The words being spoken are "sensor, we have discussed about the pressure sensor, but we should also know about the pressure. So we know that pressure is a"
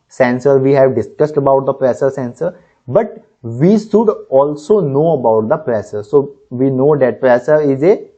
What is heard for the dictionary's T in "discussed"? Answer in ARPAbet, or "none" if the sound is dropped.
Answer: T